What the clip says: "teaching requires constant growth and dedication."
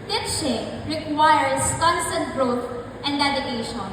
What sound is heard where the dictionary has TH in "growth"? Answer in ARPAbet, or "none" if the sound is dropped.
T